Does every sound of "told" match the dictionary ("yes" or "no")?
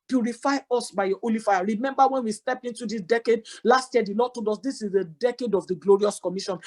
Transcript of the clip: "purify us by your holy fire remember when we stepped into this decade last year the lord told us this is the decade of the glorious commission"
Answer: no